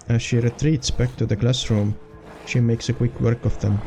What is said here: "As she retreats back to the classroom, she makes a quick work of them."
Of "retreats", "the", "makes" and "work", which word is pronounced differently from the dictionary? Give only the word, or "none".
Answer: none